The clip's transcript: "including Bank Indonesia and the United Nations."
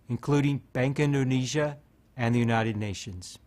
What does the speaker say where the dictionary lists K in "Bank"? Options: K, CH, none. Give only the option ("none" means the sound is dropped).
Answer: K